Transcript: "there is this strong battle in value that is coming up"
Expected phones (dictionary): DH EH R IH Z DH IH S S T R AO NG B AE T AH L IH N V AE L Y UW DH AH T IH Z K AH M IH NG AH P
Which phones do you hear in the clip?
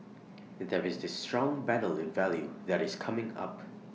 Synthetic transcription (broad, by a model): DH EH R IH Z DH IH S S T R AO NG B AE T L IH N V AE L Y UW DH AH T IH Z K AH M IH NG AH P